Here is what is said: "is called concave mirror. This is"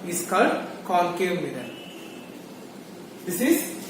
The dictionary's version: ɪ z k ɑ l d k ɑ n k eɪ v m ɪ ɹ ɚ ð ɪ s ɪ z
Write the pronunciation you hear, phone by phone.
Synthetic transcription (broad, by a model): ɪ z k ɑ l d k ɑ l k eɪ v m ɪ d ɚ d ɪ s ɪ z